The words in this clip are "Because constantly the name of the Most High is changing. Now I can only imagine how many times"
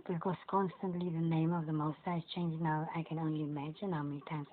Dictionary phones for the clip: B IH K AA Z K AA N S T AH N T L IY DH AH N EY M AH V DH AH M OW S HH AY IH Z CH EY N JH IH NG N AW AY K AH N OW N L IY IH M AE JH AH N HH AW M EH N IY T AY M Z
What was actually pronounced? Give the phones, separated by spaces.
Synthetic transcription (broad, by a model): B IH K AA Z K AA N S T AH N T L IY DH AH N EY M AH V DH AH M OW S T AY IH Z CH EY N JH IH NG N AW AY K AH N OW N L IY IH M AE JH AH N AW M EH N IY T AY M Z